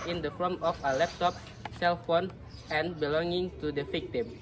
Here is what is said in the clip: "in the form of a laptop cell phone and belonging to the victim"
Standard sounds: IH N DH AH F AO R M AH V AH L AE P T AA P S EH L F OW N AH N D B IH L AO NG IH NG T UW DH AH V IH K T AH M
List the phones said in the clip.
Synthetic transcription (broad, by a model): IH N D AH F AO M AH F AH L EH P T AA P S EH L F OW N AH N B IH L AO NG IH NG T UW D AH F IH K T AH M